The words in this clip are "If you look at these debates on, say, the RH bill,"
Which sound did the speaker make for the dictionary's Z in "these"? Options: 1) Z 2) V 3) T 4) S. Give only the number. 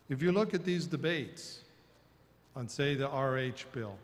1